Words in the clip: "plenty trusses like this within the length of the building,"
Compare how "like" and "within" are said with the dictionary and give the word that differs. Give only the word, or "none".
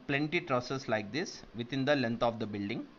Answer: within